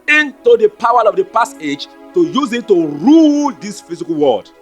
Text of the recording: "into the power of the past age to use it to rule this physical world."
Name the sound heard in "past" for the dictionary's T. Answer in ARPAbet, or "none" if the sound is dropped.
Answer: none